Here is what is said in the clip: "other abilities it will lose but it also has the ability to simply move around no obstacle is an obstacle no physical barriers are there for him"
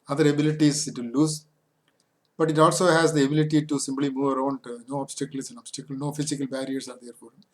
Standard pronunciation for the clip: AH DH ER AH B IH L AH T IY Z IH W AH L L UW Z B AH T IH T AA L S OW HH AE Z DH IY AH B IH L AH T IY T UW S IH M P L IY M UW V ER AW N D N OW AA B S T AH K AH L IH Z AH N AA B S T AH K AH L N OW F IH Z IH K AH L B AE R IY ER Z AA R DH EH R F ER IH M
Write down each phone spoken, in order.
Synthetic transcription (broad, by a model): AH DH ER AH B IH L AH T IY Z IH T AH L L UW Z B AH T IH T AA L S OW HH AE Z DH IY AH B IH L AH T IY T UW S IH M P L IY M UW V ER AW N D N OW AA B S T AH K AH L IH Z AH N AA B S T AH K AH L N OW F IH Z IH K AH L B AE R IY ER S AA R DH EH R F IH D